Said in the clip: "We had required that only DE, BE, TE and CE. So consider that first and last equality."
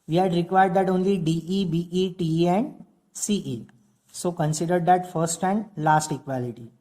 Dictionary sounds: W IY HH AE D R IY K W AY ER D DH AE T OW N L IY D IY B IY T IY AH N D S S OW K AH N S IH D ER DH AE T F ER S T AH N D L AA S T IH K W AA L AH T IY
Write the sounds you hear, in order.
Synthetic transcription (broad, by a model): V IY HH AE D R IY K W AY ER D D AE T OW N L IY D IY B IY T IY AH N D S S OW K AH N S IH D ER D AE T F ER S T AH N D L AA S T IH K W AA L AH T IY